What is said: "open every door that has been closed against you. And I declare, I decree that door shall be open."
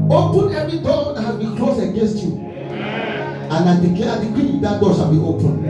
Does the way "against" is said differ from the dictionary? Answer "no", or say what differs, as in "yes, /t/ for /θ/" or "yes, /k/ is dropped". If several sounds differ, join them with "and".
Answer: no